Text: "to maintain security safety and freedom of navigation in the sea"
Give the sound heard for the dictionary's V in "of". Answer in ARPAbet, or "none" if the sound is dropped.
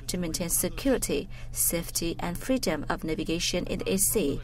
V